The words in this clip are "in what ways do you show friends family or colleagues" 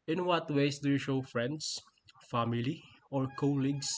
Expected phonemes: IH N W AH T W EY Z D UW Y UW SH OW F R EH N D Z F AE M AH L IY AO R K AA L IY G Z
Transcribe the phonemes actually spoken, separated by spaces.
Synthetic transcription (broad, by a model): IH N W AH T W EY S D UW Y UW SH OW F R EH N D S F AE M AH L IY AO R K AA L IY G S